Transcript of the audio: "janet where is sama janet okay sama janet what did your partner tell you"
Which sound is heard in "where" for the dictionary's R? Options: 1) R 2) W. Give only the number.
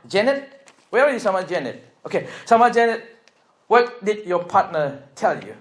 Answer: 2